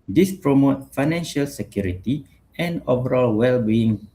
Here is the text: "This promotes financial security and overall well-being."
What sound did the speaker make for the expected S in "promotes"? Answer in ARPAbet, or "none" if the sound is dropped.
none